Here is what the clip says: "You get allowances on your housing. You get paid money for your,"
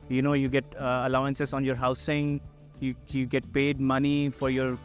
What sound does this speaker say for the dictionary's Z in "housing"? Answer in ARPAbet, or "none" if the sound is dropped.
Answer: S